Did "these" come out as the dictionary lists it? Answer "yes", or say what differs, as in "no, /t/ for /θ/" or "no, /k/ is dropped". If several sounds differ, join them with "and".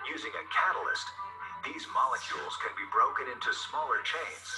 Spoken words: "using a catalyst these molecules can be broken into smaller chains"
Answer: yes